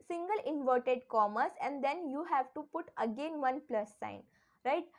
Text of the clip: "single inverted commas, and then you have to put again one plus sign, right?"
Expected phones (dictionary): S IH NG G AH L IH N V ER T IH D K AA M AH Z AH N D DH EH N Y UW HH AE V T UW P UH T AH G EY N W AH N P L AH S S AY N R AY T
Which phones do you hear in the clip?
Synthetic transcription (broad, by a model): S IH NG G AH L IH N V ER T IH D K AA M AH S AH N D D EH N Y UW HH AE V T UW P UH T AH G EY N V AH N P L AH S S AY N R AY T